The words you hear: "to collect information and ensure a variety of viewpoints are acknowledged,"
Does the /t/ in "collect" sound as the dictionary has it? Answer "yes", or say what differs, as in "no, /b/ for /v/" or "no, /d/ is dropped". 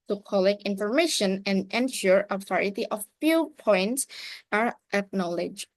no, /t/ is dropped